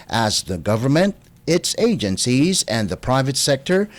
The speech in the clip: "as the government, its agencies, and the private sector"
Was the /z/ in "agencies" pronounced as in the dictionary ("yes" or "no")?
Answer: yes